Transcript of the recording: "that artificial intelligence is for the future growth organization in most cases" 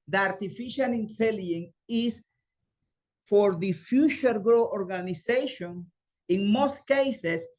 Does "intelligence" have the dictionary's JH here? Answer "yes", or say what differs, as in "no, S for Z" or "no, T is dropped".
no, JH is dropped